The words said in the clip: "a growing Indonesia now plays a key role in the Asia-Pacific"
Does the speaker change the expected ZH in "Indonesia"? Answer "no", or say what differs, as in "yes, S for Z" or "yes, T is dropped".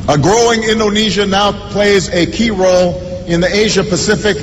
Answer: no